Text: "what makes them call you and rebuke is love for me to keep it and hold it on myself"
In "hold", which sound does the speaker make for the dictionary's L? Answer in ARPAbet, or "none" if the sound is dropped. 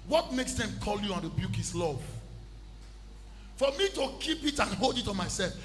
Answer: L